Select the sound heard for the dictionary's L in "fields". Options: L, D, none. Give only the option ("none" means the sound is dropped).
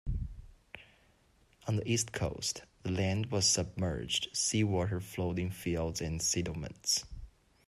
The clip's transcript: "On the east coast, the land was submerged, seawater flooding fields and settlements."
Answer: L